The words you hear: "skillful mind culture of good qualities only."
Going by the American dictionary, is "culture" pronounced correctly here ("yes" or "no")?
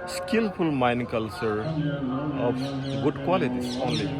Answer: yes